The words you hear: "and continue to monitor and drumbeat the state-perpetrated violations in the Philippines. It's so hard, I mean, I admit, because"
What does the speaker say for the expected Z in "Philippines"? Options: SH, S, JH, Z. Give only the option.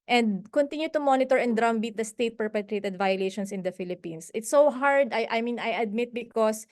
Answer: S